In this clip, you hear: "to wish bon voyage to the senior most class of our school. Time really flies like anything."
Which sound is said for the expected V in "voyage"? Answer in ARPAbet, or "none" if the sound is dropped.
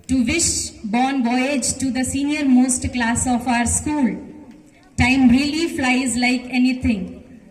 B